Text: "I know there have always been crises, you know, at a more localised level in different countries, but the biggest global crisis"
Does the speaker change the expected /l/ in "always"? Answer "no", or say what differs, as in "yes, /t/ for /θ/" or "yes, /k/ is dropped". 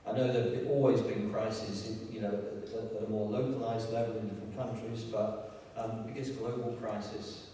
no